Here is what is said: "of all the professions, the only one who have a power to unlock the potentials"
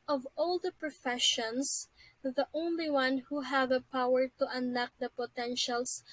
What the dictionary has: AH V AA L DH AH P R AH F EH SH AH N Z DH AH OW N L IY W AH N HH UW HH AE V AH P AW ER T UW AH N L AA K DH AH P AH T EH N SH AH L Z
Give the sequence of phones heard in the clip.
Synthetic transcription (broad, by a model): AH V AA L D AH P R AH F EH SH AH N S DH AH OW N L IY W AH N HH UW HH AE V AH P AW ER T UW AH N AA K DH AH P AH T EH N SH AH L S